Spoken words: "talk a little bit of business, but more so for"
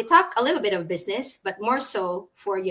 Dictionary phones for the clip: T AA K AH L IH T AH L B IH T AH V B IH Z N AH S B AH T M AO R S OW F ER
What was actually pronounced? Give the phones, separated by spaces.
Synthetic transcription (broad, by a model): T AA K AH L IH T L B IH T AH V B IH Z N AH S B AH T M AO R S OW F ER